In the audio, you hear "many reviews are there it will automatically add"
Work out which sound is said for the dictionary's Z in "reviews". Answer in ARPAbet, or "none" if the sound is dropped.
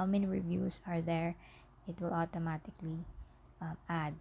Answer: S